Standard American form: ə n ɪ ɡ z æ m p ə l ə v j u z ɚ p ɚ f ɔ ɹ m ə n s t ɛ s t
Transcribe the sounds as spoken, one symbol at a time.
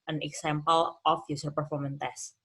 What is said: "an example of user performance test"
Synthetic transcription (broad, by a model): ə n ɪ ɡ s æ m p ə l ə f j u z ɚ p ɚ f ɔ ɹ m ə n t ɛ s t